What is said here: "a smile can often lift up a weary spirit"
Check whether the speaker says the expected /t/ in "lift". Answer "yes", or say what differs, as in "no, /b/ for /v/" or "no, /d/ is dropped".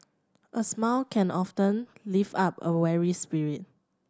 no, /t/ is dropped